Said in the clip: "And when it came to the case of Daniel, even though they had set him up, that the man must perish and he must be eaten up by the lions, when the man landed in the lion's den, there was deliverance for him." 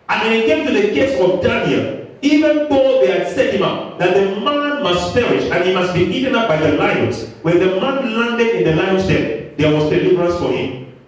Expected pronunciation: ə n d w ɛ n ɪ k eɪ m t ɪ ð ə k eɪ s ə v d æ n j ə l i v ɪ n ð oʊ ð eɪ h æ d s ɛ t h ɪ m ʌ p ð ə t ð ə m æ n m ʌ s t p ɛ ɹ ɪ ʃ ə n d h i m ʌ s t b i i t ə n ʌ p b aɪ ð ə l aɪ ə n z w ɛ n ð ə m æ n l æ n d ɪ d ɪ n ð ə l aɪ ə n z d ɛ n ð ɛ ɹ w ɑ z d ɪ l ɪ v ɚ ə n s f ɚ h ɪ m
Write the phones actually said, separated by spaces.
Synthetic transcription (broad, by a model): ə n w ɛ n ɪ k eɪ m t ɪ ð ə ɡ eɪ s ə v d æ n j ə l i v ɪ n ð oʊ ð eɪ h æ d s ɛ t h ɪ m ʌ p ð ə t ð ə m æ n m ʌ s t f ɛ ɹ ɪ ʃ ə n h i m ʌ s t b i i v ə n ʌ p b aɪ ð ə l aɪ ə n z w ɛ n ð ə m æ n l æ n d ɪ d ɪ n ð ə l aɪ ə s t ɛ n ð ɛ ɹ w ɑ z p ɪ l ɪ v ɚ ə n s f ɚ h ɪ m